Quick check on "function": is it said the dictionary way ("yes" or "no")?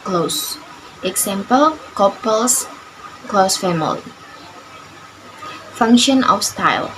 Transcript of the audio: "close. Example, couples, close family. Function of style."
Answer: yes